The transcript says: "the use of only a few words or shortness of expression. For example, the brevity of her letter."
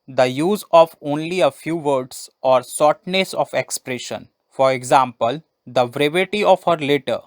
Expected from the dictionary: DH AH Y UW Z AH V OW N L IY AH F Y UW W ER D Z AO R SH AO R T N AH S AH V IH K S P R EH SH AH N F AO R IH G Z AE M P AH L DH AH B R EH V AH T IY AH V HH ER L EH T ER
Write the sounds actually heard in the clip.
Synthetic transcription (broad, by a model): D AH Y UW Z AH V OW N L IY AH F Y UW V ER D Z AO R S AO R T N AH S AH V IH K S P R EH SH AH N F AO R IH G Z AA M P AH L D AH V R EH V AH T IY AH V HH ER L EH T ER